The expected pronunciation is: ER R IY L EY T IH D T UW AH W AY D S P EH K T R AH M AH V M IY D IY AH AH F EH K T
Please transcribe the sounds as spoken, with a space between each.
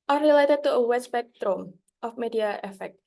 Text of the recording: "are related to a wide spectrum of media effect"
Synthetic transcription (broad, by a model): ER R IY L EY T IH D T UW AH W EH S B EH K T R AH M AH F M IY D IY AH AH F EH K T